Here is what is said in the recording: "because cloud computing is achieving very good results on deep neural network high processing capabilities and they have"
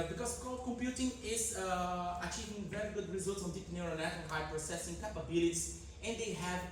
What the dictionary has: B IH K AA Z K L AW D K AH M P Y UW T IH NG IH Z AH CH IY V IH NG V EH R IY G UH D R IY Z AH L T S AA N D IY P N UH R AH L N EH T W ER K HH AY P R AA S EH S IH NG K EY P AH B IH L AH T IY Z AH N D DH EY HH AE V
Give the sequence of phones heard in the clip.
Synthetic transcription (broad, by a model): B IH K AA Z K AO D K AH M P Y UW T IH NG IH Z AH CH IY V IH NG V EH R IY G UH D R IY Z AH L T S AA N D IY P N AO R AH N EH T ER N HH AY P R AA S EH S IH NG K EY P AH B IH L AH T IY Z AH N D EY HH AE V